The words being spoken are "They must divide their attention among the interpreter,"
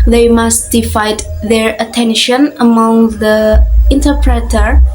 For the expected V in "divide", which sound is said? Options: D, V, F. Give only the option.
F